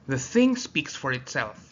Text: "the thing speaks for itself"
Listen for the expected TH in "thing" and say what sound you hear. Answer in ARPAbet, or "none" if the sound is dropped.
TH